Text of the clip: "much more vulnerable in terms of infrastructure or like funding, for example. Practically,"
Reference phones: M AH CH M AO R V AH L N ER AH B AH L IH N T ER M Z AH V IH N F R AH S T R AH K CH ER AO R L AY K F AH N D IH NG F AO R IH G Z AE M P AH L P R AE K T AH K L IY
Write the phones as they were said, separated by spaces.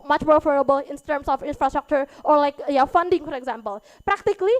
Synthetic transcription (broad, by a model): M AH CH M AO R F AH N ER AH B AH L IH N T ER M S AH F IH N F R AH S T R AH K CH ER AO R L AY K F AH N D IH NG F AO R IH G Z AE M P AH L P R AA K T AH K L IY